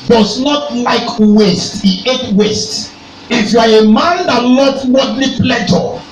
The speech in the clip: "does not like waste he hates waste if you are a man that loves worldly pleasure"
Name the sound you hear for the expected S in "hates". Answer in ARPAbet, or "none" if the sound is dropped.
none